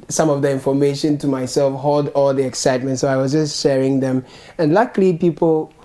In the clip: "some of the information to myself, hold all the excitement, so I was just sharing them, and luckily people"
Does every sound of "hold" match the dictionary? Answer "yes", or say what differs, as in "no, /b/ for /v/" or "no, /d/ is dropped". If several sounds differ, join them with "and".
yes